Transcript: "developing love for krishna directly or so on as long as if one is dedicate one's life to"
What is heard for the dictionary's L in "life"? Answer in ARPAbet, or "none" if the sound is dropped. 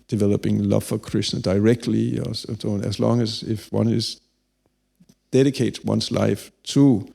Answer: L